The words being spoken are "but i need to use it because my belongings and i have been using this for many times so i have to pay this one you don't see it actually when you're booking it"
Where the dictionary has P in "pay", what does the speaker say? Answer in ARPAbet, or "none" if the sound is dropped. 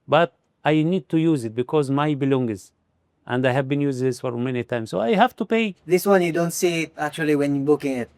P